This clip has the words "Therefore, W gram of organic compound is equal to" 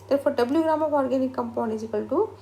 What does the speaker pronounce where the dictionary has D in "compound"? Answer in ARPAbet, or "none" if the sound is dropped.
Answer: none